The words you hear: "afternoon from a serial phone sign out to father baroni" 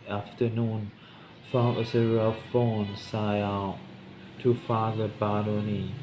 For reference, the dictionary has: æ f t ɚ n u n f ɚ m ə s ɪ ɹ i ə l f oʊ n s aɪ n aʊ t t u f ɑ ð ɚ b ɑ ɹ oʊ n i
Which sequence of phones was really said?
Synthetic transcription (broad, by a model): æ f t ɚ n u n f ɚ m ə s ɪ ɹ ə f oʊ n s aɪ aʊ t t u f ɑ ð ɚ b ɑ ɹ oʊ n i